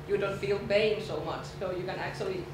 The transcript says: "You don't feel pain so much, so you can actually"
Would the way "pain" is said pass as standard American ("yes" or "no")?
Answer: no